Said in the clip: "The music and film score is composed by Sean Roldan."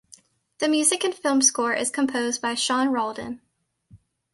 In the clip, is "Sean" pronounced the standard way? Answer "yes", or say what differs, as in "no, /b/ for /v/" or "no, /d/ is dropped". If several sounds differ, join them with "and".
yes